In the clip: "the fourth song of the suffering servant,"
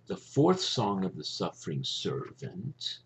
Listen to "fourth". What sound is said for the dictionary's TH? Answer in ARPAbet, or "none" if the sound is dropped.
TH